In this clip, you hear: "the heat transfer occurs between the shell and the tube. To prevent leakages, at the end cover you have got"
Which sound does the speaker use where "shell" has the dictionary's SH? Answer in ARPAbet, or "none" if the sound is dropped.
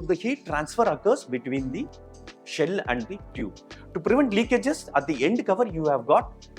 SH